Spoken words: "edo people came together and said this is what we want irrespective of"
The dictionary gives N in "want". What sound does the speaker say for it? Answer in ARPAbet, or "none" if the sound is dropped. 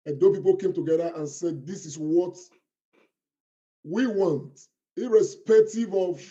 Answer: N